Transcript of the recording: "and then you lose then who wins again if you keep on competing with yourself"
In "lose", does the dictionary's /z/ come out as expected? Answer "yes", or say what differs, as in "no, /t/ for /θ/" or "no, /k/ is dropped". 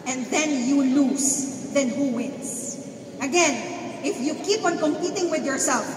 no, /s/ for /z/